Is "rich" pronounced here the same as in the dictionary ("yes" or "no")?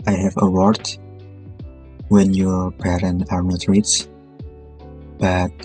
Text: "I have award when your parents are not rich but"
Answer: no